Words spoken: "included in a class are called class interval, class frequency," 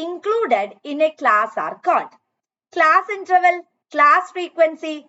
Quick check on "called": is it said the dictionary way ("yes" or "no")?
no